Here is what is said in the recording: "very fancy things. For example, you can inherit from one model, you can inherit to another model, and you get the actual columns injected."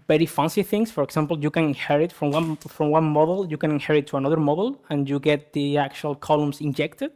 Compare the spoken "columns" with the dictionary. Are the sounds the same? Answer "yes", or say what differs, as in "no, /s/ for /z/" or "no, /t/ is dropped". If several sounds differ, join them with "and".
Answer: no, /s/ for /z/